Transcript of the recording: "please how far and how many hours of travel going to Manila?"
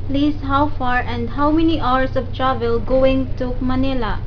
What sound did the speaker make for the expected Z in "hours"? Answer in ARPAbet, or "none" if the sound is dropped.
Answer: S